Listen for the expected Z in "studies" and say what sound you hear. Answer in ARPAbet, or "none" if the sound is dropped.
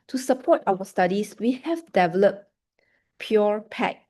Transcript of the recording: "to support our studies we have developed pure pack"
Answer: S